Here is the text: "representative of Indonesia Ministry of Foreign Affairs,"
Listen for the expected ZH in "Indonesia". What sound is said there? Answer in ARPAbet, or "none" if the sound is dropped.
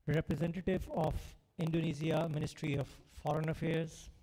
Z